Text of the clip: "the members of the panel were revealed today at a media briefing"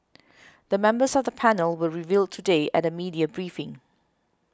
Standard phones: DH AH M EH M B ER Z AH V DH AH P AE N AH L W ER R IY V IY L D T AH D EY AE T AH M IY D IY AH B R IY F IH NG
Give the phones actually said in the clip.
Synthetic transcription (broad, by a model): DH AH M EH M B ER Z AH V DH AH P AE N AH L W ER R IY V IY L D T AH D EY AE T AH M IY D IY AH B R IY F IH NG